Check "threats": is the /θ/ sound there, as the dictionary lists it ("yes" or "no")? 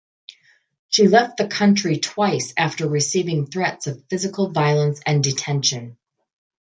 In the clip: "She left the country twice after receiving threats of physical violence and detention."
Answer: yes